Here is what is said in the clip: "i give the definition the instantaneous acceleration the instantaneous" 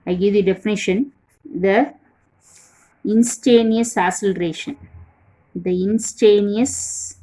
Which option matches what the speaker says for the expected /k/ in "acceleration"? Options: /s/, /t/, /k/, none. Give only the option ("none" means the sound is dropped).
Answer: none